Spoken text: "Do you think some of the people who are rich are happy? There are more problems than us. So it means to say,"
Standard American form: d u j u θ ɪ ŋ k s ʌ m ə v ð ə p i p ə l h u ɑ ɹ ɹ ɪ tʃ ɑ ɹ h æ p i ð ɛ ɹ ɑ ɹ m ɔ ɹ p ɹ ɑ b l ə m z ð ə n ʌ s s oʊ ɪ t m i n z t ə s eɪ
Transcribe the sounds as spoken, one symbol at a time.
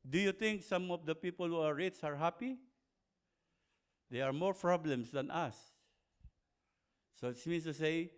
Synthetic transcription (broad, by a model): d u j u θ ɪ ŋ k s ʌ m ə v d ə p i p ə l h u ɑ ɹ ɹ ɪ s ɑ ɹ h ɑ p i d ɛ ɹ ɑ ɹ m ɔ ɹ p ɹ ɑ b l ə m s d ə n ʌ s s oʊ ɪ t m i n s t ə s eɪ